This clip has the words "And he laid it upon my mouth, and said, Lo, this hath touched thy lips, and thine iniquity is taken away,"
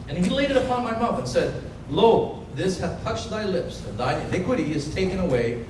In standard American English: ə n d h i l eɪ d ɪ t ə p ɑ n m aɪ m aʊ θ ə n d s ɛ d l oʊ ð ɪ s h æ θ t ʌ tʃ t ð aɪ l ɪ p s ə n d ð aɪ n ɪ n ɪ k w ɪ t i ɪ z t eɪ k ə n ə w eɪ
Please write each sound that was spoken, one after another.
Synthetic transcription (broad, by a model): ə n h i l eɪ d ɪ t ə p ɑ n m aɪ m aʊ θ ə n s ɛ d l oʊ ð ɪ s h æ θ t ʌ tʃ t ð aɪ l ɪ p s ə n ð aɪ ɪ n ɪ k w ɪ t i ɪ z t eɪ k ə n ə w eɪ